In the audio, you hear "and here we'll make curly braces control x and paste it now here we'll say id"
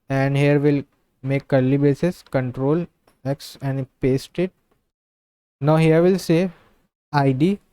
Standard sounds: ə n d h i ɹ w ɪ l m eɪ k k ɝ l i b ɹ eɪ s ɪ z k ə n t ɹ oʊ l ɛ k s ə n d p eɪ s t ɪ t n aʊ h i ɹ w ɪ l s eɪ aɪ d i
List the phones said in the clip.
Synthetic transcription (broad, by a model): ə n d h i ɹ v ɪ l m eɪ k k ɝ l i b eɪ s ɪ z k ə n t ɹ oʊ l ɛ k s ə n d p eɪ s t ɪ t n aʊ h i ɹ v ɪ l s eɪ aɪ d i